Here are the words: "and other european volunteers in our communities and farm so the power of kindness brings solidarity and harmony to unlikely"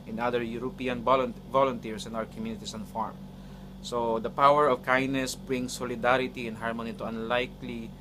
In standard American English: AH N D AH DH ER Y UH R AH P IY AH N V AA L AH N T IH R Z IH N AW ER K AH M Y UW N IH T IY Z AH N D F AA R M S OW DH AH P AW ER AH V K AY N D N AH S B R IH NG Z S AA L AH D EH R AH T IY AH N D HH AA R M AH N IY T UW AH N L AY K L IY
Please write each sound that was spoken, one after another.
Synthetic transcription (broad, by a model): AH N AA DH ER Y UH R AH P IY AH N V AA L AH N T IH R S IH N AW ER K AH M Y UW N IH T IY S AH N F AA R M S OW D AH P AW ER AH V K AY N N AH S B R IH NG S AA L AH D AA R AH T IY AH N HH AA R M AH N IY T UW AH N L AY K L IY